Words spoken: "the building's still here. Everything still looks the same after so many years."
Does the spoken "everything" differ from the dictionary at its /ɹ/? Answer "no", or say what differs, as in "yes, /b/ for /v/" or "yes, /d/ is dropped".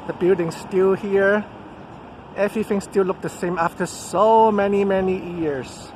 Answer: yes, /ɹ/ is dropped